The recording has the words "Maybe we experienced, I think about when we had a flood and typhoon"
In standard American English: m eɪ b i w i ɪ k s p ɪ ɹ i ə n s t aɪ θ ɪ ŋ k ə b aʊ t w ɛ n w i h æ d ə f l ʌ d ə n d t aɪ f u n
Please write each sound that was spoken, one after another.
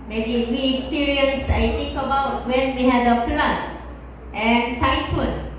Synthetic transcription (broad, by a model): m eɪ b i w i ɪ k s p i ɹ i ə n s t aɪ t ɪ ŋ k ə b aʊ t w ɛ n w i h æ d ə p l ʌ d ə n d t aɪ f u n